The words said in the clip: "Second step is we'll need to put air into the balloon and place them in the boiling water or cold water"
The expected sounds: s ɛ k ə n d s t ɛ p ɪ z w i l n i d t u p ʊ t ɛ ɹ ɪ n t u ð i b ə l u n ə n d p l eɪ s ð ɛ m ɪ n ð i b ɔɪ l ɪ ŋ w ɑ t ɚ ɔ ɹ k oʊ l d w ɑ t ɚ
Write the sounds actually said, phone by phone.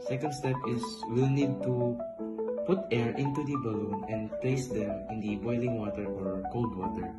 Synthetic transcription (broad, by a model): s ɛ k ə n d s t ɛ p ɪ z w i l n i d t u p ʊ t ɛ ɹ ɪ n t u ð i b ə l u n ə n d p l eɪ s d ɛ m ɪ n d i b ɔɪ l ɪ ŋ w ɑ t ɚ ɔ ɹ k oʊ l d w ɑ t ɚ